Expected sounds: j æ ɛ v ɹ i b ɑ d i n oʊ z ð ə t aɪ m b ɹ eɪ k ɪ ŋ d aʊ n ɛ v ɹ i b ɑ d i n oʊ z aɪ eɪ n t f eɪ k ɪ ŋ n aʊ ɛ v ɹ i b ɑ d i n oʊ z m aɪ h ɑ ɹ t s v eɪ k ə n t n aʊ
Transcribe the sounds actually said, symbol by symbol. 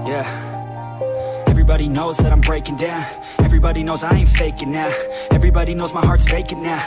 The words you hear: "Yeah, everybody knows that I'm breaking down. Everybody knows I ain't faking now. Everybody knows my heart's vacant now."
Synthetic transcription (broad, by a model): j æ ɛ v ɹ i b ɑ d i n oʊ z ð ə t aɪ m b ɹ eɪ k ɪ ŋ d aʊ n ɛ v ɹ i b ɑ d i n oʊ z aɪ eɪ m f eɪ k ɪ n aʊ ɛ v ɹ i b ɑ d i n oʊ z m aɪ h ɑ ɹ t s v eɪ k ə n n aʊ